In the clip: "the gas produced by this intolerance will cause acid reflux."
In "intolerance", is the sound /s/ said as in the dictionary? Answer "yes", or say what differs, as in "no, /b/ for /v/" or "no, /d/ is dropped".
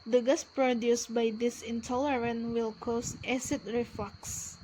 no, /s/ is dropped